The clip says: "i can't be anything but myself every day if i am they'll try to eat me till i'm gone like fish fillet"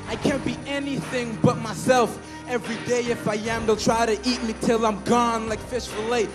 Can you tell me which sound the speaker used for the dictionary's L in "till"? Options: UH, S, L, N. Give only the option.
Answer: L